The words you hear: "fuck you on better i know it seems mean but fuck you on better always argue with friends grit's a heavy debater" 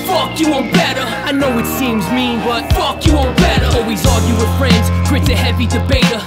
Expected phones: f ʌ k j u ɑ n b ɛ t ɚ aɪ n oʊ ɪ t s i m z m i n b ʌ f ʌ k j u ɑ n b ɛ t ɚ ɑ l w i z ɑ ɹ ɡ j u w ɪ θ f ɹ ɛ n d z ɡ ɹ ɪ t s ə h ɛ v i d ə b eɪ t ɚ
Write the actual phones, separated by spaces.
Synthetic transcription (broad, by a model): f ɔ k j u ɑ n b ɛ t ɚ aɪ n oʊ ɪ t s i m z m i b ʌ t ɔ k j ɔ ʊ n b ɛ t ɚ ɑ l w i z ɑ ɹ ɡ j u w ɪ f ɹ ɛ n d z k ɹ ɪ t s ə h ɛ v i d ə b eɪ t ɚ